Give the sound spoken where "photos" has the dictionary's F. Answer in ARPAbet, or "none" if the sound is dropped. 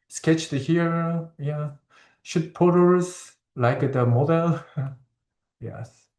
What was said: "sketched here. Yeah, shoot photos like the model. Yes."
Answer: P